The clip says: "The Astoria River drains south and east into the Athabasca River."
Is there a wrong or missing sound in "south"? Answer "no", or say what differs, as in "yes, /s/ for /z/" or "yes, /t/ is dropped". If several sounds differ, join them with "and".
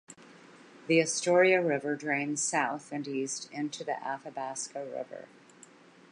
no